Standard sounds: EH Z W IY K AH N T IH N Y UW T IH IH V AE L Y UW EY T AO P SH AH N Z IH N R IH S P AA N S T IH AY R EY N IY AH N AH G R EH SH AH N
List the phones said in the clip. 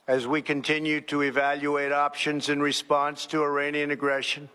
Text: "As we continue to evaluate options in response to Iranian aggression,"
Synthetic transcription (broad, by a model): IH Z W IY K AH N T IH N Y UW T IH IH V AE L Y UW EY T AO P SH AH N Z IH N R IH S P AA N S T IH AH R EY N IY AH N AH G R EH SH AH N